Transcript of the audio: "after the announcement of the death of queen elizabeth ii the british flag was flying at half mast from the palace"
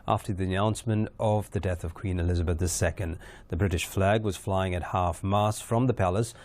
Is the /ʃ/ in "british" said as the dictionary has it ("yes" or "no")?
yes